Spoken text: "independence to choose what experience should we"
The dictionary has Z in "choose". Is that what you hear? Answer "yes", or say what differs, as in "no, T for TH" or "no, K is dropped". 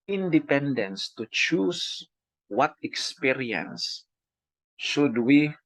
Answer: no, S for Z